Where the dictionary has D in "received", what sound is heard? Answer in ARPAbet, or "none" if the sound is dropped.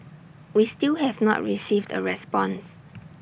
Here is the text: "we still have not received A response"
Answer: D